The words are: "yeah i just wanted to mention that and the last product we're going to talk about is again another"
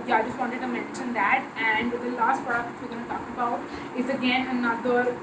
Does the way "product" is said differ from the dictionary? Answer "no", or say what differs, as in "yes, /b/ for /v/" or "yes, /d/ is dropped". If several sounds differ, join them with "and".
yes, /ɹ/ is dropped